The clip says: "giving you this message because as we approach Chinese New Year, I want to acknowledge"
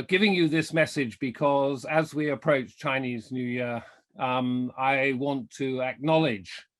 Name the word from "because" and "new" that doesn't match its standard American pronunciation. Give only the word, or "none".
none